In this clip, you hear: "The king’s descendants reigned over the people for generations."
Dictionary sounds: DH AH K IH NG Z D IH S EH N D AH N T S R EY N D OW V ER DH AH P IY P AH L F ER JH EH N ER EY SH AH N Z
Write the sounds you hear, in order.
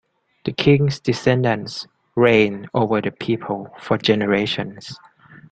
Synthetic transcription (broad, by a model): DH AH K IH NG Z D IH S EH N D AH N S R EY N OW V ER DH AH P IY P AH L F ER JH EH N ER EY SH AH N S